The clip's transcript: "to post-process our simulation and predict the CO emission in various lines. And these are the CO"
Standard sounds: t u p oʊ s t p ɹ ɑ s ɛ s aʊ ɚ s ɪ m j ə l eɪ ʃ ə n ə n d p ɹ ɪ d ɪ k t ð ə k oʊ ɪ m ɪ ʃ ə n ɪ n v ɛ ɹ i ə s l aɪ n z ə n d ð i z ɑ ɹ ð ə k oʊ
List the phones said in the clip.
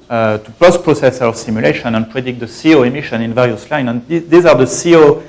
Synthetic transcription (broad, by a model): t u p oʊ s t p ɹ ɑ s ɛ s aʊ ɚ s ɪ m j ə l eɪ ʃ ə n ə n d p ɹ ɪ d ɪ k t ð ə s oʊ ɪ m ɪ ʃ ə n ɪ n v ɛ ɹ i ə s l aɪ n ə n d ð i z ɑ ɹ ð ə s oʊ